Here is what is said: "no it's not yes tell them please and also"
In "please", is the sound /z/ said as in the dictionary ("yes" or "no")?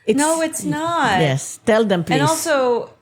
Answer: no